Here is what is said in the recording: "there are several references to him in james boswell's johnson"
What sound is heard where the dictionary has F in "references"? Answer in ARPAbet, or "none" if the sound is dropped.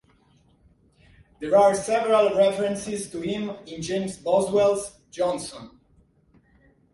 F